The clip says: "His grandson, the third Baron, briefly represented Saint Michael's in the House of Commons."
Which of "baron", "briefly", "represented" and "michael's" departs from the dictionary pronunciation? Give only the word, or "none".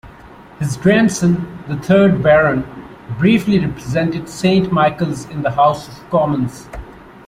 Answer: none